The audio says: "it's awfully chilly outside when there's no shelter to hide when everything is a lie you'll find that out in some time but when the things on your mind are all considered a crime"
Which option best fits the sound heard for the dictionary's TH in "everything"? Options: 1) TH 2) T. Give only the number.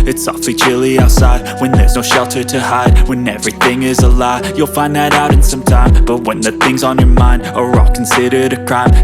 1